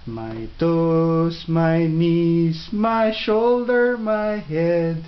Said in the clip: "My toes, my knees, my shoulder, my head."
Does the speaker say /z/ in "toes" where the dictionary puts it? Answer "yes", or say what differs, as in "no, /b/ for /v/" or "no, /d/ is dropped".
no, /s/ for /z/